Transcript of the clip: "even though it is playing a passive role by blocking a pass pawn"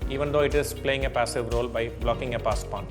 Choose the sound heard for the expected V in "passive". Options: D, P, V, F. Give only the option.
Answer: V